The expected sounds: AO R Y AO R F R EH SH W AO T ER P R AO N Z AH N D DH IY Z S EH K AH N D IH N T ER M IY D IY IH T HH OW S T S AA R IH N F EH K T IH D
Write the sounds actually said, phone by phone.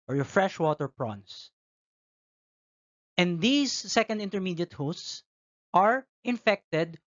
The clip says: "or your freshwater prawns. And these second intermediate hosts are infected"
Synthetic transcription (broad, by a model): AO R Y AO R F R EH SH W AO T ER P R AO N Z AH N D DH IY S EH K AH N D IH N T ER M IY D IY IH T HH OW S T S AA R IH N F EH K T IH D